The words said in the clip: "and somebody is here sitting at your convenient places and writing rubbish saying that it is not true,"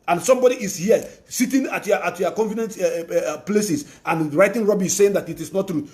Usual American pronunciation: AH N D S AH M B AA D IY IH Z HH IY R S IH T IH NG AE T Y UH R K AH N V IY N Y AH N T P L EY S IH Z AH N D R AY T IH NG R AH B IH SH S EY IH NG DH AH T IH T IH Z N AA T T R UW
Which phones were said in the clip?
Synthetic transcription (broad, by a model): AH N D S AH M B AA D IY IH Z HH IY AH S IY T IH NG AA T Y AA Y K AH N F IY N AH N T P L EY S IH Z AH N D R AY T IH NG R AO B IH S S EY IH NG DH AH T IH T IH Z N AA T T R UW